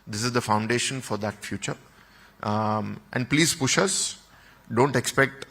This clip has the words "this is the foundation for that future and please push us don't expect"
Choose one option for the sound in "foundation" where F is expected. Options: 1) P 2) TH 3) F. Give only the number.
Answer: 3